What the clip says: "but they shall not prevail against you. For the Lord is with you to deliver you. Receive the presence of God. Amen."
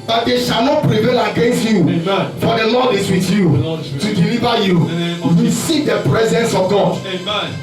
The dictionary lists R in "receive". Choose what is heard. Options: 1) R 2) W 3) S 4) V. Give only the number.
2